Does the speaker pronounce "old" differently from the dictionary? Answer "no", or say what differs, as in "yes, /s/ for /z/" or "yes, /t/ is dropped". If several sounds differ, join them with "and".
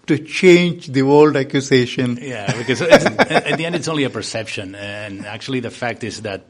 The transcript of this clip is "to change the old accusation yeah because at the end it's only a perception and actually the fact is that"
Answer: no